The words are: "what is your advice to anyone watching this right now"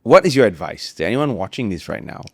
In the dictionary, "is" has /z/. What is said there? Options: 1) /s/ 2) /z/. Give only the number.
2